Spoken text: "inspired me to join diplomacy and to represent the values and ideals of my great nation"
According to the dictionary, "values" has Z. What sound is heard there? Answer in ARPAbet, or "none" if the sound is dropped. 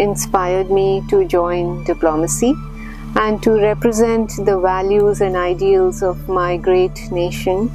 Z